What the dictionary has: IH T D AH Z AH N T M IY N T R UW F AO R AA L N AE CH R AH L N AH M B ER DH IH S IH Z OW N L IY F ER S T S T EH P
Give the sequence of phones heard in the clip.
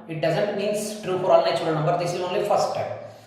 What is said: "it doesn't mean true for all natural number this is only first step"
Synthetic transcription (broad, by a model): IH T D AH Z AH N T M IY N T R UW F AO R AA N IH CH AH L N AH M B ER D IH S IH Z OW N L IY F ER S T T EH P